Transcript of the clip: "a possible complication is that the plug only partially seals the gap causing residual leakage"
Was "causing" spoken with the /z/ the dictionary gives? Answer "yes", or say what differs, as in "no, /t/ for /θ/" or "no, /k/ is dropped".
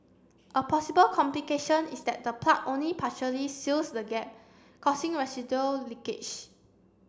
no, /s/ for /z/